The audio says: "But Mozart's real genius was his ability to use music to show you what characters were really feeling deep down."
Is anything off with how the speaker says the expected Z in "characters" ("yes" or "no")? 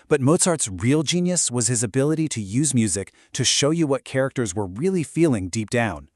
no